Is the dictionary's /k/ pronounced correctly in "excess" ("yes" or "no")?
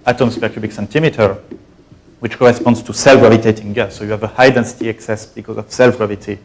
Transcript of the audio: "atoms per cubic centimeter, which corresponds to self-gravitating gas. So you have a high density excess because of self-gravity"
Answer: yes